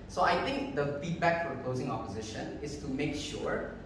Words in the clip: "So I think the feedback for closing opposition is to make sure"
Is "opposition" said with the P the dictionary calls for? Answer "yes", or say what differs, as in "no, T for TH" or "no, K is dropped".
yes